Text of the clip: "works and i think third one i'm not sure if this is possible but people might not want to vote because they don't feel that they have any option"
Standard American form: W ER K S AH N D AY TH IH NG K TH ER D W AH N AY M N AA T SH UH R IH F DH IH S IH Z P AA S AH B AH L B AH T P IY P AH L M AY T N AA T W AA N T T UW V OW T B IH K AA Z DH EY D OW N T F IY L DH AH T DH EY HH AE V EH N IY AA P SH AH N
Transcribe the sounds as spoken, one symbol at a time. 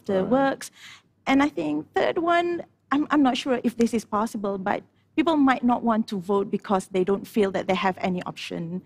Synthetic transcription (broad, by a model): W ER K S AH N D AY TH IH NG K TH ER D W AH N AY M N AA T SH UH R IH F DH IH S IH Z P AA S AH B AH L B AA T P IY P AH L M AY T N AA T W AA N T T UW V OW T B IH K AA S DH EY D OW N T F IY L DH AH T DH EY HH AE V EH N IY AA P SH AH N